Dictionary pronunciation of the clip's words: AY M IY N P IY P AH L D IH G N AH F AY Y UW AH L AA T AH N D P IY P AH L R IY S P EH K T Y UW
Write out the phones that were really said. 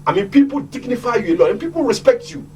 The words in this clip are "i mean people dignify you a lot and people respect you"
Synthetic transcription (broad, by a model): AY M IY N P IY P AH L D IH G N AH F AY Y UW AH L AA AH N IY P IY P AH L R IY S P EH K T Y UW